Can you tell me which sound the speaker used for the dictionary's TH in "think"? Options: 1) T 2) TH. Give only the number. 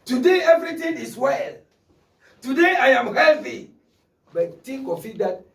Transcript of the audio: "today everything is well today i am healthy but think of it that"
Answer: 1